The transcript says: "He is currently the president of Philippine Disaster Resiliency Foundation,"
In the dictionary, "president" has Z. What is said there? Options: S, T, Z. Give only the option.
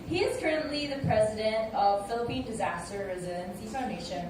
Z